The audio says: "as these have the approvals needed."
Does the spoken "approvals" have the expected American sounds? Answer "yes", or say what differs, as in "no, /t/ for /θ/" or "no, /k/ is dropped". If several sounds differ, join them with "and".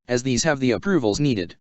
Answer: yes